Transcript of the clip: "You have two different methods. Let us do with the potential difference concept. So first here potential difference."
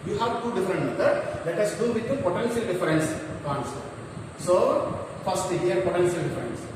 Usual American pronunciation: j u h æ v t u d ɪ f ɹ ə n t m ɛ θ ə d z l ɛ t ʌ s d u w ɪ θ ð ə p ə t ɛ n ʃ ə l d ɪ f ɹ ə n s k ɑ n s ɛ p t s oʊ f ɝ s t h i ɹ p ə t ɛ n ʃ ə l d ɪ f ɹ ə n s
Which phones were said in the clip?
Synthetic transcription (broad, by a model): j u h æ v t u d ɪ f ɹ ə n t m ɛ t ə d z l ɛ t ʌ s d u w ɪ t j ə p ə t ɛ n ʃ ə l d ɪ f ɹ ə n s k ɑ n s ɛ t s oʊ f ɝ s t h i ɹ p ə t ɛ n ʃ ə l d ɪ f ɹ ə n s